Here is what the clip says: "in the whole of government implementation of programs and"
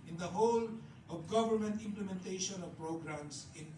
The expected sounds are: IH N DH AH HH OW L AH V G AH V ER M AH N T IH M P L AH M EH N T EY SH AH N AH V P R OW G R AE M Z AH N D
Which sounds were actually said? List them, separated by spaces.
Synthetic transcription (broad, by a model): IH N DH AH HH OW L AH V G AH V ER M AH N T IH M P L AH M EH N T EY SH AH N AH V P R OW G R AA M S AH N